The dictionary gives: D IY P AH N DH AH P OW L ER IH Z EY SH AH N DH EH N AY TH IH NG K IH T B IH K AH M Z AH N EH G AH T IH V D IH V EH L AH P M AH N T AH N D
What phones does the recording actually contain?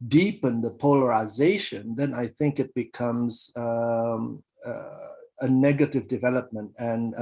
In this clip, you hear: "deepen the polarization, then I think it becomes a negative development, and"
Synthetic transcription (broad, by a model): D IY P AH N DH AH P OW L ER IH Z EY SH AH N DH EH N AY TH IH NG K IH T B IH K AH M Z AH N EH G AH T IH V D IH V EH L AH P M AH N T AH N